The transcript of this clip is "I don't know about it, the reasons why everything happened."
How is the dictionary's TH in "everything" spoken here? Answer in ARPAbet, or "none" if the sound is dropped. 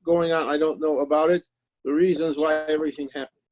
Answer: TH